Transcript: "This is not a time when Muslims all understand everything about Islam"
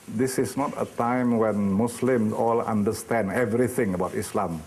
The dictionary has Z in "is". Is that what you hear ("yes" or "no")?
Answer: no